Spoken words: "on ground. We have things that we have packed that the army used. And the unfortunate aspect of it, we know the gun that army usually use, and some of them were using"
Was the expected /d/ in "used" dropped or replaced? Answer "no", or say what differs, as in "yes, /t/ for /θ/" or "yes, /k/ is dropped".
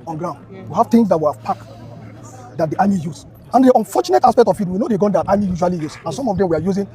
yes, /d/ is dropped